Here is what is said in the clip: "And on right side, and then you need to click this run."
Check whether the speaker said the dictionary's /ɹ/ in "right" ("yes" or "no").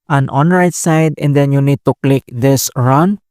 yes